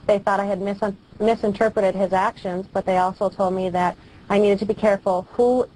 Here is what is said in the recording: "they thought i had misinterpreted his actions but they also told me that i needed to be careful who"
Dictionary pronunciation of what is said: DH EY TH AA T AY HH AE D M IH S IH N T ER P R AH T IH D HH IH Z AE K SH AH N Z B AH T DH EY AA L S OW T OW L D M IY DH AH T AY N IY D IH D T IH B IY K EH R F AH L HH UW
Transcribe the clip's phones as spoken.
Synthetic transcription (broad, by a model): DH EY TH AA T AY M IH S M IH S IH N T ER P R AH T IH D IH Z AE K SH AH N Z B AH T DH EY AA L S OW T OW L D M IY DH AH T AY N IY D IH D T IH B IY K EH R F L HH UW